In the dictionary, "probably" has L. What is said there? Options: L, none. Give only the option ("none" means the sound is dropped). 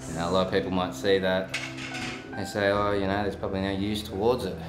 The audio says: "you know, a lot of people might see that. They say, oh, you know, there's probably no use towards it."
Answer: L